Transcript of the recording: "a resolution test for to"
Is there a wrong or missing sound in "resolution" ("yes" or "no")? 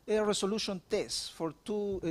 yes